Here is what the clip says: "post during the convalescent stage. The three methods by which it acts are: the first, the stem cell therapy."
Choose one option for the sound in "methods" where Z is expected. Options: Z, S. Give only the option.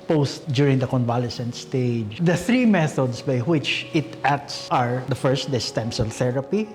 S